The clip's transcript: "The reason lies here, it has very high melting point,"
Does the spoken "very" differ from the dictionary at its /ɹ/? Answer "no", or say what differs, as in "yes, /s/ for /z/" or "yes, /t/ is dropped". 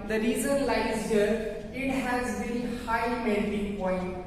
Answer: yes, /l/ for /ɹ/